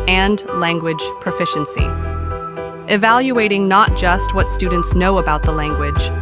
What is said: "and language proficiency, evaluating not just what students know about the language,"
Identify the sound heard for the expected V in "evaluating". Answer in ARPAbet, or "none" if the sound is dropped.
V